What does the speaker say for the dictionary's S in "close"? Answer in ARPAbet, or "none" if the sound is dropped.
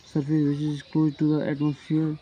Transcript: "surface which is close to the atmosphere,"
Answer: none